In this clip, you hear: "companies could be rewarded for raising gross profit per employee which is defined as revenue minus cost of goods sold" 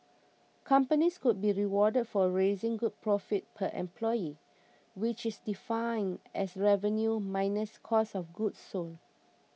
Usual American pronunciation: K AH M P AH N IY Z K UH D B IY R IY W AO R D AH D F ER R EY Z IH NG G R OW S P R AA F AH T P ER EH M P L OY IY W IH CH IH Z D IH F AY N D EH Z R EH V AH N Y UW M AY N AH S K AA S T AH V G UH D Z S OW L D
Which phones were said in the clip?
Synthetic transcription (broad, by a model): K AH M P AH N IY S K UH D B IY R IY W AO D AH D F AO R EY Z IH NG G UW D P R AA F AH T P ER EH M P L OY IY W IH CH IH S D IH F AY N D EH S R EH V AH N Y UW M AY N AH S K AA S AH F G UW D S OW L